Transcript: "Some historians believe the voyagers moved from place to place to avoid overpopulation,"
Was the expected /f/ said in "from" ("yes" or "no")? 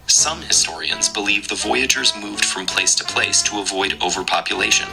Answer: yes